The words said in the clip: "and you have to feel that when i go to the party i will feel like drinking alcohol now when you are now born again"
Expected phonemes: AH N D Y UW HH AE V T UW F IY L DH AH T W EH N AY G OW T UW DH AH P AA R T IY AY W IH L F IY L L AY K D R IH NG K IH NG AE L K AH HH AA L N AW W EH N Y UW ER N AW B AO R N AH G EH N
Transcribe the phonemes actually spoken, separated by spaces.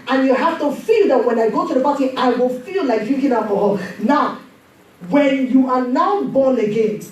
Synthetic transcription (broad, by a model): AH N Y UW HH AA F T UW F IY L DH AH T W EH N AY G OW T UW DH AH B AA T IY AY W IH L F IY L L AY K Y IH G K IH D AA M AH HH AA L N AW W EH N Y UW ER N AW B AO N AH G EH N